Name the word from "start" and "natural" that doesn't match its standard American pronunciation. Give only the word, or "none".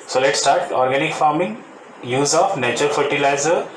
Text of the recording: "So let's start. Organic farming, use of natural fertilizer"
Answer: natural